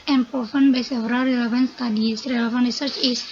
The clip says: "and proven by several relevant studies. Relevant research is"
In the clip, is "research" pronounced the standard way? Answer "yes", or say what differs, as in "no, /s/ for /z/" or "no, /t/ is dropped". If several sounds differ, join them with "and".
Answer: yes